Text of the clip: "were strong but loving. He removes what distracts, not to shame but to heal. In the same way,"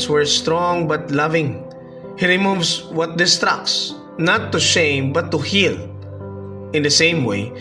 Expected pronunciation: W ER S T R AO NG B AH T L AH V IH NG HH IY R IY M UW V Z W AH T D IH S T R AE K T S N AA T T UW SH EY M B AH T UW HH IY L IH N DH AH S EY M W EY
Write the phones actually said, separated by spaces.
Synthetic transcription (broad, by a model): W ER S T R AO NG B AH T L AH V IH NG HH IY R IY M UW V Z W AH T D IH S T R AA K S N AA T T UW SH EY M B AH T UW HH IY L IH N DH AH S EY M W EY